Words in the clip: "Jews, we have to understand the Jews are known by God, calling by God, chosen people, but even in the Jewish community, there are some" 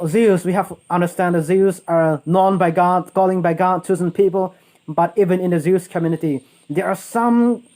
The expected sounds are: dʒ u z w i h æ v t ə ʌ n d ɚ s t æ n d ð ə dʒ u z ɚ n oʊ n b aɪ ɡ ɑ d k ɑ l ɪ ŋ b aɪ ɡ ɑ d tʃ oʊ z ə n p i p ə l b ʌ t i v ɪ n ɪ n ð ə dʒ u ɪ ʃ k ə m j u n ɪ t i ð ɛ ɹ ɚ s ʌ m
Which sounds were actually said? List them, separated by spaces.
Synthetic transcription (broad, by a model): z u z w i h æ f t ə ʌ n d ɚ s t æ n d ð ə z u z ɚ n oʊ n b aɪ ɡ ɑ d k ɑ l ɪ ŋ b aɪ ɡ ɑ d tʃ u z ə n p i p ə l b ʌ t i v ɪ n ɪ n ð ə z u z k ə m j u n ɪ t i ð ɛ ɹ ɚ s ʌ m